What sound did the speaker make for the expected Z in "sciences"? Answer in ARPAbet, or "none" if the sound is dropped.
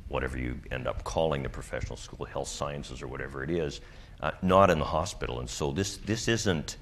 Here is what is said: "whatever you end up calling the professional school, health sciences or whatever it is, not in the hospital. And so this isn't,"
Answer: Z